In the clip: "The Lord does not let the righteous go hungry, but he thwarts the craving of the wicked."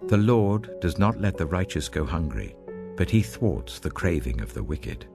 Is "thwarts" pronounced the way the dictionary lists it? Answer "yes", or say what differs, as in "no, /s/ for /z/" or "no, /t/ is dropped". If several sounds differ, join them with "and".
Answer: yes